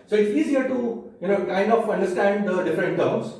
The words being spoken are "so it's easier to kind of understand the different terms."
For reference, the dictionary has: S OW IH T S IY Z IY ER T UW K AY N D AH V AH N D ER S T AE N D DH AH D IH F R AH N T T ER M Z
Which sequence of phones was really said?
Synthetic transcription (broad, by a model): S OW IH T S IY Z IY ER T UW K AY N AH F AH N D ER S T AE N D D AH D IH F R AH N T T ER M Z